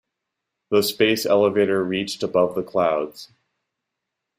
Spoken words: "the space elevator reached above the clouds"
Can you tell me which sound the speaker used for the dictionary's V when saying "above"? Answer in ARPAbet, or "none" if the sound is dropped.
V